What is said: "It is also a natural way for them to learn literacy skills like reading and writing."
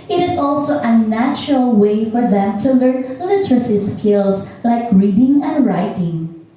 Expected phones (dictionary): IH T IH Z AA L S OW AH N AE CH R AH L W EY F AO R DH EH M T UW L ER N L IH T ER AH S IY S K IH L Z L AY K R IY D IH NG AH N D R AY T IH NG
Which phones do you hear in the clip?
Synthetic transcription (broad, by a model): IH T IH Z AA L S OW AH N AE CH R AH L W EY F AO R DH EH M T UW L ER N L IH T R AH S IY S K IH L S L AY K R IY D IH NG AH N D R AY T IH NG